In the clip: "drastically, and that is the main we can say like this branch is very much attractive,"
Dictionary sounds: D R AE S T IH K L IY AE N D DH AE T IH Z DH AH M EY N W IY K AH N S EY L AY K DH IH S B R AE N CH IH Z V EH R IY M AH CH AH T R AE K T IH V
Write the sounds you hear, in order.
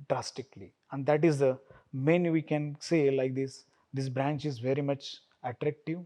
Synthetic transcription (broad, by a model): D R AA S T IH K L IY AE N D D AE T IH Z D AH M EY N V IY K AH N S EY L AY K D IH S B R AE N CH IH Z V EH R IY M AH CH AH T R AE K T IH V